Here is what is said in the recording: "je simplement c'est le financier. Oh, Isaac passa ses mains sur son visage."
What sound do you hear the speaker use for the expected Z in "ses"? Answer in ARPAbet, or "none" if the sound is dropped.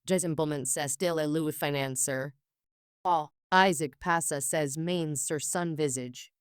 Z